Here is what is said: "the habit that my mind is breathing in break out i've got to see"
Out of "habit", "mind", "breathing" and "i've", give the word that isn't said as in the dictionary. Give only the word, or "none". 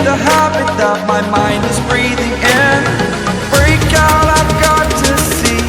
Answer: none